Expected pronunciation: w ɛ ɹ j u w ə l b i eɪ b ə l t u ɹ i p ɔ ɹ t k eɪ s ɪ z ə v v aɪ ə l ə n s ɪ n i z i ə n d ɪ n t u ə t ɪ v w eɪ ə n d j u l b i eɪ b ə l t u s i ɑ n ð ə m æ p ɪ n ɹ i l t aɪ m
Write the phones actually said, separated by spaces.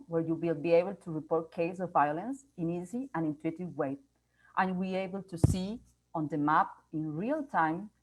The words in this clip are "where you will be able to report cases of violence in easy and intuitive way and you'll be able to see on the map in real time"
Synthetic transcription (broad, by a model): w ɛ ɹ j u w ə l b i eɪ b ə l t u ɹ i p ɔ ɹ t k eɪ ɪ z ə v v aɪ ə l ə n s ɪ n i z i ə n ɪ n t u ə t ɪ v w eɪ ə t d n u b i eɪ b ə l t u s i ɑ n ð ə m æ p ɪ n ɹ i l t aɪ m